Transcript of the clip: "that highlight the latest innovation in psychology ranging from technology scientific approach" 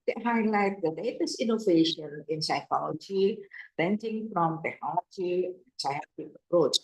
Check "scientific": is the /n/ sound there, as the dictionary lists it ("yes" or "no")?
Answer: no